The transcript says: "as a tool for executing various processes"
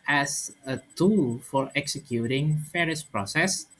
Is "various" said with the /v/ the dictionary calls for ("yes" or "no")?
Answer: no